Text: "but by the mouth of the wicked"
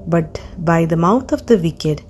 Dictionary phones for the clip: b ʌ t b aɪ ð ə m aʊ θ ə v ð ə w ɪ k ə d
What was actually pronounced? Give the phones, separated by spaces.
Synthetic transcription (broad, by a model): b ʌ t b aɪ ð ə m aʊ t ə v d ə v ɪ k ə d